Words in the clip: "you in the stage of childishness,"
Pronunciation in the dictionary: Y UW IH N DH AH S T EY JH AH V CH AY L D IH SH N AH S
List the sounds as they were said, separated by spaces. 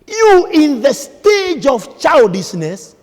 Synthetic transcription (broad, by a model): Y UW IH N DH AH S T EY JH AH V CH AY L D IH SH N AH S